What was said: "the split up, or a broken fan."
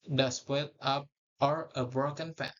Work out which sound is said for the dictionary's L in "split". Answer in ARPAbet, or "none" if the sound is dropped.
none